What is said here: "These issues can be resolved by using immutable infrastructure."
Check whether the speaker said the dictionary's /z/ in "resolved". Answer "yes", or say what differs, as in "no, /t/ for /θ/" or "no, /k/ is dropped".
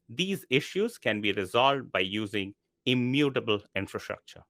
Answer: yes